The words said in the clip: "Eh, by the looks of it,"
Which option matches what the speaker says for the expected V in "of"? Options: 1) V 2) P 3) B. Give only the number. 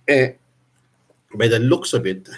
3